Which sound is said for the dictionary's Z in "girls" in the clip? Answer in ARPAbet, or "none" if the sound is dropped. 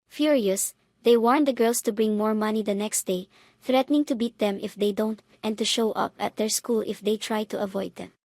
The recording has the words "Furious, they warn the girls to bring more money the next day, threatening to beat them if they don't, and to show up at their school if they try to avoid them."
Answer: S